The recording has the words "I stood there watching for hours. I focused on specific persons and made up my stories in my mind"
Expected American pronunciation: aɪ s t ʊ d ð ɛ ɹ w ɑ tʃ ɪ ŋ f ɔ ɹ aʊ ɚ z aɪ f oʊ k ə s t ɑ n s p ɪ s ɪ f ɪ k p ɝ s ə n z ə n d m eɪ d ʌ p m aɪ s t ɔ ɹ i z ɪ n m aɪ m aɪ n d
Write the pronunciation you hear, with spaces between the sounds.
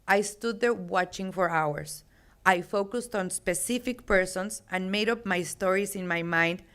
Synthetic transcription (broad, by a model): aɪ s t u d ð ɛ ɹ w ɑ tʃ ɪ ŋ f ɔ ɹ aʊ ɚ s aɪ f oʊ k ə s t ɑ n s p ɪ s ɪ f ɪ k p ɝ s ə n s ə n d m eɪ d ʌ p m aɪ s t ɔ ɹ i s ɪ n m aɪ m aɪ n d